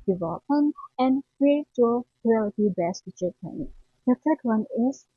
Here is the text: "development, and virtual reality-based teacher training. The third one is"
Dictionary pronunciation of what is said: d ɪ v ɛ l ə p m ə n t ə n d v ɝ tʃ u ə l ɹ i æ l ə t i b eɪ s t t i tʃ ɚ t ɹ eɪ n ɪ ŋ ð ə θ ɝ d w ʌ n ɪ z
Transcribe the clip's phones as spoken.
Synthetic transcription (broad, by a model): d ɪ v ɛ l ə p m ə n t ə n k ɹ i u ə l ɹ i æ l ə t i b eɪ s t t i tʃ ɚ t eɪ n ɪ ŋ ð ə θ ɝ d w ʌ n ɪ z